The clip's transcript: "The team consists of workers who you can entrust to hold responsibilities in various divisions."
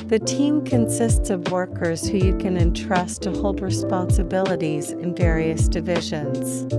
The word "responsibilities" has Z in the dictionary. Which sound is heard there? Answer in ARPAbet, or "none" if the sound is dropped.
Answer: Z